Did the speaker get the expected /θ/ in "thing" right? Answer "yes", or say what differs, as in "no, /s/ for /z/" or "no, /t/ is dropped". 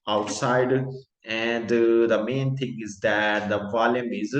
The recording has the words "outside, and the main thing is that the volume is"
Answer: no, /t/ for /θ/